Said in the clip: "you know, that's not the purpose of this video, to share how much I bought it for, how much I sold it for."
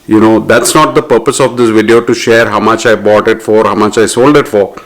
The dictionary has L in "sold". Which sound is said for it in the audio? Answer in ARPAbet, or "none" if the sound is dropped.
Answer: L